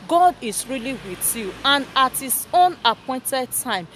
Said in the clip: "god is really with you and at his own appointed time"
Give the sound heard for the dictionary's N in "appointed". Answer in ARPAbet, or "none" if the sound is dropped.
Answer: N